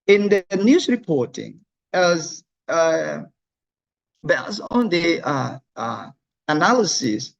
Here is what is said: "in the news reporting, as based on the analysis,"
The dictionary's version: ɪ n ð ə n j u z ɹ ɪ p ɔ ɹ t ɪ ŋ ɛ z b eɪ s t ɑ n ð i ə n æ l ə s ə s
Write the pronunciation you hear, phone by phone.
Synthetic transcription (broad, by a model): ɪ n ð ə n j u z ɹ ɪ p ɔ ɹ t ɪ ŋ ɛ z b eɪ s ɑ n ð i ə n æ l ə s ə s